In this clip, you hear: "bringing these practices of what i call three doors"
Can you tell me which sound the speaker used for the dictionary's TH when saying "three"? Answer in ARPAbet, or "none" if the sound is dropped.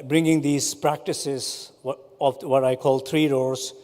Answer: T